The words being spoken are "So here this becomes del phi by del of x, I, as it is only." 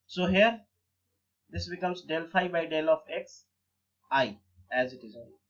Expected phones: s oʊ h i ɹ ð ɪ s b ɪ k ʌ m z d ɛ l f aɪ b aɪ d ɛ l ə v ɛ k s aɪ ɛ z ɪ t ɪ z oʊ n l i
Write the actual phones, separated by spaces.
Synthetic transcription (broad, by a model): s oʊ h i ɹ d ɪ s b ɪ k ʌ m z d ɛ l f aɪ b aɪ d ɛ l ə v ɛ k s aɪ ɛ z ɪ t ɪ z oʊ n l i